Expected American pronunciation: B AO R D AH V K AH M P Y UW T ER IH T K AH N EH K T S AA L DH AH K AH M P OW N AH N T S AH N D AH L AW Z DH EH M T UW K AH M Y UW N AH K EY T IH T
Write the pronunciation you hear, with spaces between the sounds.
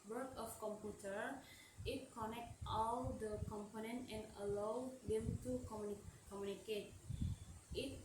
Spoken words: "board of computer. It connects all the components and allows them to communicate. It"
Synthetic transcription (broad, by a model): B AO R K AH F K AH M P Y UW T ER IH T K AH N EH K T AA L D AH K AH M P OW N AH N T AH N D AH L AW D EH M T UW K AH M Y UW N AH K EY T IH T